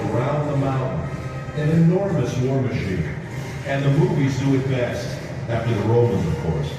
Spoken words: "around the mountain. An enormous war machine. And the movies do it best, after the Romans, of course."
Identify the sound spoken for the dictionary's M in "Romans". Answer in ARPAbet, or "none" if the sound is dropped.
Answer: M